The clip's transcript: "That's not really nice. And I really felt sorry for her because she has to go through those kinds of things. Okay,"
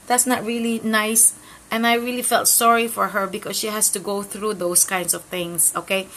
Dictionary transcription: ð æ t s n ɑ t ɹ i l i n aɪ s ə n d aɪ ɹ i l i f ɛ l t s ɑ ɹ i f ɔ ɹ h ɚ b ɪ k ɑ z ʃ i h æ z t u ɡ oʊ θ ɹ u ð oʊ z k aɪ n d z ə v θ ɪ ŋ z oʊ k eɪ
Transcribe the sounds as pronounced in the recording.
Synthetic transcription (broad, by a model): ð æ t s n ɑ t ɹ i l i n aɪ s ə n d aɪ ɹ i l i f ɛ l t s ɑ ɹ i f ɔ ɹ h ɚ b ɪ k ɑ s ʃ i h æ s t u ɡ oʊ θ ɹ u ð oʊ s k aɪ n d s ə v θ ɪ ŋ s oʊ k eɪ